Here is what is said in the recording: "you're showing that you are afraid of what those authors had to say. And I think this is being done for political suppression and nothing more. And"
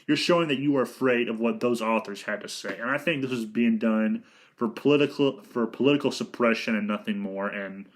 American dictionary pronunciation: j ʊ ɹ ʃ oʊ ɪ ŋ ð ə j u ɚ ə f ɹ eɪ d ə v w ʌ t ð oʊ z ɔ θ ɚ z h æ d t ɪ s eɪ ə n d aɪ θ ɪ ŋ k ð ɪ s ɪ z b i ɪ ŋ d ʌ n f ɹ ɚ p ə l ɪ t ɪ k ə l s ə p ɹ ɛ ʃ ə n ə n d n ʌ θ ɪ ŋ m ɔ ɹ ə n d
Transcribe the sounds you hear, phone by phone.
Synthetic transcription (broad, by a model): j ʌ ɹ ʃ oʊ ɪ ŋ ð ə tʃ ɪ ɚ ə f ɹ eɪ d ə v w ʌ t ð oʊ z ɔ θ ɚ z h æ d t ɪ s eɪ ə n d aɪ θ ɪ ŋ k ð ɪ s ɪ z b i ɪ ŋ d ʌ n f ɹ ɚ p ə l ɪ t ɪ k l s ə p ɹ ɛ ʃ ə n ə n n ʌ θ ɪ ŋ m ɔ ɹ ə n